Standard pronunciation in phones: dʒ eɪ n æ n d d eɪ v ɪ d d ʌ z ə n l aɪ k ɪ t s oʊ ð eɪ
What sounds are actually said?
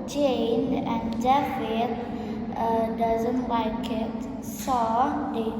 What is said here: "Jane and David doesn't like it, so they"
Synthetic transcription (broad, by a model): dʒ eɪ n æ n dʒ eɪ f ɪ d d ʌ z ə n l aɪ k ɪ t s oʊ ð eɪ